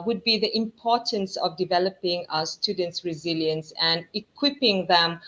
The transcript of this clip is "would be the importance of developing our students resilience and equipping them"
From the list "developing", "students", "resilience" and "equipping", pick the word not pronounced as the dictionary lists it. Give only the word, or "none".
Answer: none